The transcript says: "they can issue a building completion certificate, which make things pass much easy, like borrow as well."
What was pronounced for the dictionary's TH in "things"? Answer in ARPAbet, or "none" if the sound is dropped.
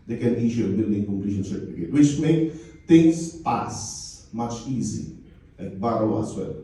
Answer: T